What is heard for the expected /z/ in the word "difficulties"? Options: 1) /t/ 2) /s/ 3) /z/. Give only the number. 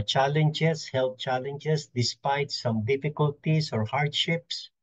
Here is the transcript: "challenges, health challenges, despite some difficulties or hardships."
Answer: 2